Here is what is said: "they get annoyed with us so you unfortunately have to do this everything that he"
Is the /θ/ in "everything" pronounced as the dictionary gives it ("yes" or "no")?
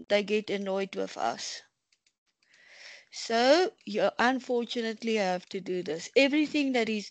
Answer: yes